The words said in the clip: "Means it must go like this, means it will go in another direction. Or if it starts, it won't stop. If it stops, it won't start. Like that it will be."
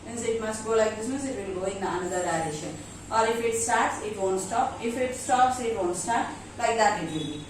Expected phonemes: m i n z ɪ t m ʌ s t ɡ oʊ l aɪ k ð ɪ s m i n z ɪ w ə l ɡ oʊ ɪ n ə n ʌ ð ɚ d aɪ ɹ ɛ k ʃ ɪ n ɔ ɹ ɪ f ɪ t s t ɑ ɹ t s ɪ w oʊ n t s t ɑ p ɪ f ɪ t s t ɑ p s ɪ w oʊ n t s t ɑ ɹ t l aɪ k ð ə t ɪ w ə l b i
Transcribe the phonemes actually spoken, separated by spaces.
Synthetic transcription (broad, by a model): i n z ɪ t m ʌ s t ɡ oʊ l aɪ k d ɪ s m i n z ɪ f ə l ɡ oʊ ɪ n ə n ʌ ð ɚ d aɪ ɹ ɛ ʃ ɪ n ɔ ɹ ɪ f ɪ t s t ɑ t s ɪ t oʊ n s t ɑ p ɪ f ɪ t s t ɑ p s ɪ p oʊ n s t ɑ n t l aɪ k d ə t ɪ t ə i